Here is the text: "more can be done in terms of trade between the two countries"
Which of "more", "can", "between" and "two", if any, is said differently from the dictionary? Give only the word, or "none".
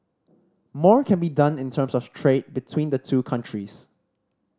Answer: none